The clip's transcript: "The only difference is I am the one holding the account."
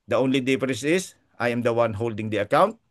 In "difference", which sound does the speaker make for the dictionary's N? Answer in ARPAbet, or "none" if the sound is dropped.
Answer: none